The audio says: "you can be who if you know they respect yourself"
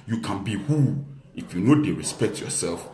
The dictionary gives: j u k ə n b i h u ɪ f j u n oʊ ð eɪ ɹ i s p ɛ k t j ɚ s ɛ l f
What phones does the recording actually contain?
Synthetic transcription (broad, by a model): j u k ə n b i h u ɪ f j u n oʊ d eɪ ɹ i s p ɛ k t j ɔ s ɛ l f